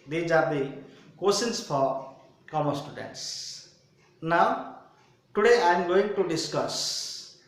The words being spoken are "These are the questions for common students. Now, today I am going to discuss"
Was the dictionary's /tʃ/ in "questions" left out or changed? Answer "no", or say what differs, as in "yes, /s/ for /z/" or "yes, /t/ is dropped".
yes, /tʃ/ is dropped